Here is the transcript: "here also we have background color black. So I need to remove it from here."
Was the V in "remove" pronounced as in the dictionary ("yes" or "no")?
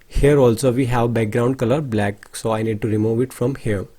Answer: yes